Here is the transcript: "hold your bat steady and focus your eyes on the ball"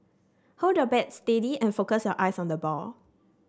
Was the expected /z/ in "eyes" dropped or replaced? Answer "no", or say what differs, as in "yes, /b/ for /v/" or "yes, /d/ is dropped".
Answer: yes, /s/ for /z/